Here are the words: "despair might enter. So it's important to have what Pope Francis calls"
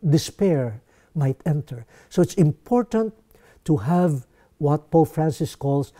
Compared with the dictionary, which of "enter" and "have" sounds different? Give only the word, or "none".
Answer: none